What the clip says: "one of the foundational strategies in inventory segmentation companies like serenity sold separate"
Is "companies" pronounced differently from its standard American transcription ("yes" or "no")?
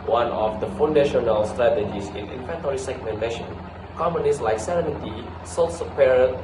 yes